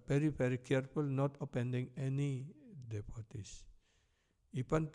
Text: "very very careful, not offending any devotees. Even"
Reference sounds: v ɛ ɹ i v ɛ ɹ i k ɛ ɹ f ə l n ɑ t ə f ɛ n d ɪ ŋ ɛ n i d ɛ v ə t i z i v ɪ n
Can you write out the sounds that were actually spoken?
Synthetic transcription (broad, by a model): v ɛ ɹ i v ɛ ɹ i k ɛ ɹ f ə l n ɑ t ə p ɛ n d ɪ ŋ ɛ n i d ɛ p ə t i s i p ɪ n